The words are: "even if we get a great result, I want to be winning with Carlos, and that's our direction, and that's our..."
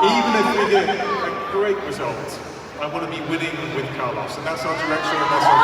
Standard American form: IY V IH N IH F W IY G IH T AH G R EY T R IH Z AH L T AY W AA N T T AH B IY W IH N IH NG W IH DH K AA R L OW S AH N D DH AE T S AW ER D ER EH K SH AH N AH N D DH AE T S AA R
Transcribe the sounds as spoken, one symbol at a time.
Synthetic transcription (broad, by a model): IY V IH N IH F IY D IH AH G R EY T R IH Z AH L T AY W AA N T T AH B IY W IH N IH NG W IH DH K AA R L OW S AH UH DH AE T S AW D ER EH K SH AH AH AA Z